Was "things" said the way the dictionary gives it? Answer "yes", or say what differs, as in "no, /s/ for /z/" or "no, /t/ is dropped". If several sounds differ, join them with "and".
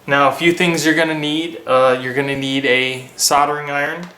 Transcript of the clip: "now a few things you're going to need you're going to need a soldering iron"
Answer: yes